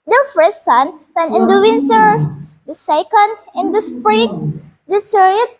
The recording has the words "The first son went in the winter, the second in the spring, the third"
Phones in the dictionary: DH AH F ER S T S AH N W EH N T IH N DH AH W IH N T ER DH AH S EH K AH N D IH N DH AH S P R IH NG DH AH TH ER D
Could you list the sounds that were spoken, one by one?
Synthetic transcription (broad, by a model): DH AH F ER S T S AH N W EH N IH N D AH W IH N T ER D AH S EH K AH N D IH N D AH S P R IH NG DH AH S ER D